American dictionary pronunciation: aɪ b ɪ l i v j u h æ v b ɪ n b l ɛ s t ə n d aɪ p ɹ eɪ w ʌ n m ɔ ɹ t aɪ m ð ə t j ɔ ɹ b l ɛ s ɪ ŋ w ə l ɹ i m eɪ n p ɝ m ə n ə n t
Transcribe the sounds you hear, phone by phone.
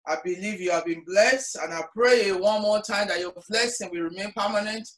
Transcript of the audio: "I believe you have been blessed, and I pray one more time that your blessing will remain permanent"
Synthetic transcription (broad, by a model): aɪ b ɪ l i v j u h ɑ v b ɪ n b l ɛ s t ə n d aɪ p ɹ eɪ w ʌ n m ɔ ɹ t aɪ m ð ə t j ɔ b l ɛ s ɪ ŋ w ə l ɹ i m eɪ n p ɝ m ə n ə n t